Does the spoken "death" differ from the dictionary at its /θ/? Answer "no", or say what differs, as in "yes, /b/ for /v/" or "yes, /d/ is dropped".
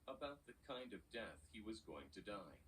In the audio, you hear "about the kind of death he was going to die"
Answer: no